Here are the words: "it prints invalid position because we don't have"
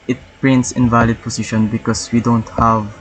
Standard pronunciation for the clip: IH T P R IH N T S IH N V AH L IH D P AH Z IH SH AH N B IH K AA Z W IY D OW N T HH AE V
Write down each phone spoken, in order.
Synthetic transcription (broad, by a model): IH T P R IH N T S IH N V AH L IH D P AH S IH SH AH N B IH K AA S W IY D OW N T HH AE V